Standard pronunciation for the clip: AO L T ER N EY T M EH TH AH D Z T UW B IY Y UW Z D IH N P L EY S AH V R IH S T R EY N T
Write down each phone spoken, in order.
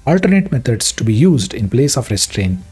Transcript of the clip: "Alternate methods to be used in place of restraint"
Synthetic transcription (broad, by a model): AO L T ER N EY T M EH T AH D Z T UW B IY Y UW Z D IH N P L EY S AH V R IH S T R EY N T